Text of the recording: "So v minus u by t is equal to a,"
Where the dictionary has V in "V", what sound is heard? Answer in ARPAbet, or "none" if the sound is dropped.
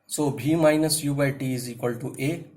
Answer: B